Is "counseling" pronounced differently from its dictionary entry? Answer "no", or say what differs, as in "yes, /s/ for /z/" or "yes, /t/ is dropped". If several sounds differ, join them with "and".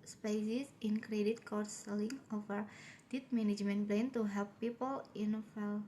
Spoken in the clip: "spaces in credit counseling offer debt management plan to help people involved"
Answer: yes, /n/ is dropped